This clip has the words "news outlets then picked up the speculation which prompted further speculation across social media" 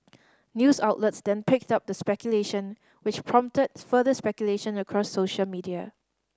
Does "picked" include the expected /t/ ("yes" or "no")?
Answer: yes